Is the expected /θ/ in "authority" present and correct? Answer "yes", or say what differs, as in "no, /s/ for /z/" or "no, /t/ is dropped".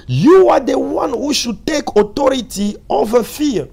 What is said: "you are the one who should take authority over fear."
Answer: no, /t/ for /θ/